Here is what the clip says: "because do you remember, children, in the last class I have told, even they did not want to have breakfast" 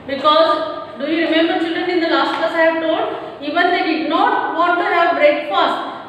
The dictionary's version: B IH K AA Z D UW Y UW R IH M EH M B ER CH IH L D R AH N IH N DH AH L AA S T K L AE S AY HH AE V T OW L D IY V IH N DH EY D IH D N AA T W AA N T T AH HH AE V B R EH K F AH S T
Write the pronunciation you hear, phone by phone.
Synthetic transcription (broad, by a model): B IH K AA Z D UW Y UW R IH M EH M B ER CH IH L D R AH N IH N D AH L AA S T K AA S AY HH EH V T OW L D IY V IH N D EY D IH D N AA T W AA T T AH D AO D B R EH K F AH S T